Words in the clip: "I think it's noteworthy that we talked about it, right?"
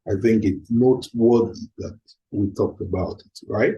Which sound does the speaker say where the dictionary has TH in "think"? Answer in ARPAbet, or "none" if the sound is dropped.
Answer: TH